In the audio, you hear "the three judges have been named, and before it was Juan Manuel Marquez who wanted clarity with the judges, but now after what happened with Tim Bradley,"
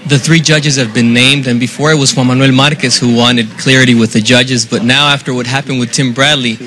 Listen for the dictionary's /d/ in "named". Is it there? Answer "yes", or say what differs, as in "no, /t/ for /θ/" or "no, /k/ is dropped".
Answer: yes